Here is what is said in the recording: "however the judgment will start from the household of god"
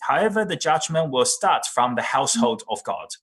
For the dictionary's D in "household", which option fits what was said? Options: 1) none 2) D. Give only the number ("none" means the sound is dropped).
2